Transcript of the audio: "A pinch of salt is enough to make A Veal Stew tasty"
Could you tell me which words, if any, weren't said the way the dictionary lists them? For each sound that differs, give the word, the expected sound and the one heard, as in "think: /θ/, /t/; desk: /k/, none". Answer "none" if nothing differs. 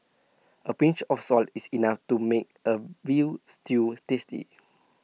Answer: of: /v/, /f/; is: /z/, /s/